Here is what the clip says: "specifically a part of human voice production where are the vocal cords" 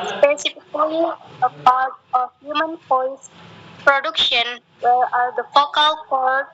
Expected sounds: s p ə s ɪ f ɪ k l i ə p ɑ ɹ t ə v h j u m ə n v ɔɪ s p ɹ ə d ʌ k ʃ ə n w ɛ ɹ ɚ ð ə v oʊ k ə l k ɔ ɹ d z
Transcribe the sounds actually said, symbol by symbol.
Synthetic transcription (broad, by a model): s p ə s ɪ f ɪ k l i ə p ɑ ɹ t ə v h j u m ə n f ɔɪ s p ɹ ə d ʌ k ʃ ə n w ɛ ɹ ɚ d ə f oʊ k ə l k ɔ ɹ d